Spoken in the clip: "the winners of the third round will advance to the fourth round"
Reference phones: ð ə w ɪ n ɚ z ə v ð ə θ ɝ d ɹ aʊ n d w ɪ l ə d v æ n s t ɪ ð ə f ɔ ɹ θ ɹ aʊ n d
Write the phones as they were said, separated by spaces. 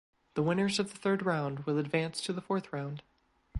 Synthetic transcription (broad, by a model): ð ə w ɪ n ɚ z ə v ð ə θ ɝ d ɹ aʊ n d w ɪ l ə d v æ n s t ɪ ð ə f ɔ ɹ θ ɹ aʊ n d